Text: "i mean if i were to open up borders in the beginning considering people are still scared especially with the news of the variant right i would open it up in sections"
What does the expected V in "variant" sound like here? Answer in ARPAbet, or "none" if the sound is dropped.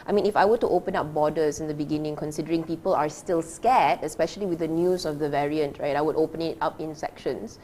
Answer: V